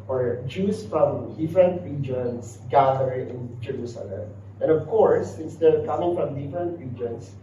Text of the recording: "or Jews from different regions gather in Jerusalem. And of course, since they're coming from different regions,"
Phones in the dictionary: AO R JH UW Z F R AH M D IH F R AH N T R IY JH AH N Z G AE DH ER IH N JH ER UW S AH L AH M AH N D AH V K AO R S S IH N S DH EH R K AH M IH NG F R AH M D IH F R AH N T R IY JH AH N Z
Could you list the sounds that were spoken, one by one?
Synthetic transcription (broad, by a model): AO R JH UW S F R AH M D IH F R AH N T R IY JH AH N S G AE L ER IH N JH ER UW S AH L AH M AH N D AH V K AO R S S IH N S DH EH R K AH M IH NG F R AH M D IH F R AH N T R IY JH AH N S